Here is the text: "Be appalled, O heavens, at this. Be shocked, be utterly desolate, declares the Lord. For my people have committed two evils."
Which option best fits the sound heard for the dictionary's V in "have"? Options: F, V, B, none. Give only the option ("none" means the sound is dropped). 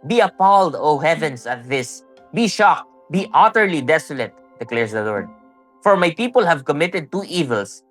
V